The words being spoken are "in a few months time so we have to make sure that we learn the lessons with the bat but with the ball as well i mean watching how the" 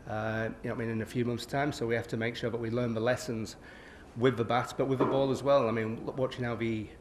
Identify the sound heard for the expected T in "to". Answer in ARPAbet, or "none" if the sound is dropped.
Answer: T